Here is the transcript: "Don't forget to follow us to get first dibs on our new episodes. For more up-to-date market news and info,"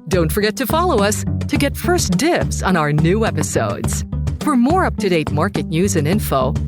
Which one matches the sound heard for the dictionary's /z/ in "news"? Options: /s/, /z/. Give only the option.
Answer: /z/